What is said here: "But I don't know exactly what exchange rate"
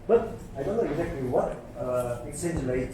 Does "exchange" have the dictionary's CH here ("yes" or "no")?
no